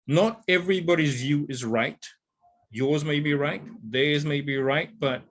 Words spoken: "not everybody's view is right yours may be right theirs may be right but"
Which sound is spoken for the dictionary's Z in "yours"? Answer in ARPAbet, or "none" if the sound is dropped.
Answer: Z